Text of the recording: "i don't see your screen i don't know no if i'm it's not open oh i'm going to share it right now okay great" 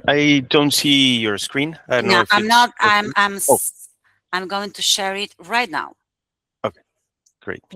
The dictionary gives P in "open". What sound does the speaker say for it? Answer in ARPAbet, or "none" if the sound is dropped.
none